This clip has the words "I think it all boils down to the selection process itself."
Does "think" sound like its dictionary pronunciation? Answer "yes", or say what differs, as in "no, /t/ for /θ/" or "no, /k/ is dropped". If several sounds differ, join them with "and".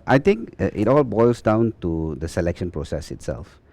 no, /t/ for /θ/